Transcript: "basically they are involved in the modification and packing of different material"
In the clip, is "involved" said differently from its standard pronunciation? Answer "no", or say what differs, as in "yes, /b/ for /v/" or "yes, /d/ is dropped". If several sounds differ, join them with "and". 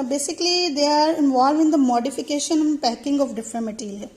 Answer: yes, /d/ is dropped